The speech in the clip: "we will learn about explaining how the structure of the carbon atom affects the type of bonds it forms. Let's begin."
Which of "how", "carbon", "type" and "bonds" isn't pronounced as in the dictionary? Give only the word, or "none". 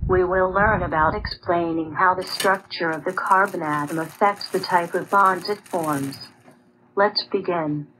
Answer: none